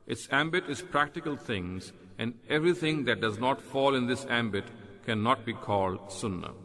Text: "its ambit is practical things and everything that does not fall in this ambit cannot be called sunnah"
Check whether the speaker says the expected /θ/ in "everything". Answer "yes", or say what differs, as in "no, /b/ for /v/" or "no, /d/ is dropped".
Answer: no, /t/ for /θ/